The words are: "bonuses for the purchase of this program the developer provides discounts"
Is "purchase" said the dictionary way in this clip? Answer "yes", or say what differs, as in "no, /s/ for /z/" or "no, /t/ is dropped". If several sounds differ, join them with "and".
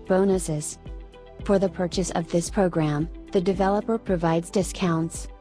yes